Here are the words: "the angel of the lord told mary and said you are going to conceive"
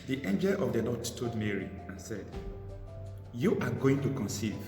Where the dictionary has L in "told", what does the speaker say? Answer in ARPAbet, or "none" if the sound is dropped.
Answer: none